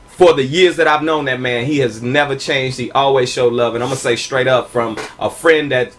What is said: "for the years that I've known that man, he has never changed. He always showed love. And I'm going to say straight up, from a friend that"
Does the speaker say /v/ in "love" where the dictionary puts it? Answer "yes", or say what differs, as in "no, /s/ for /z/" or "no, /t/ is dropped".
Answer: yes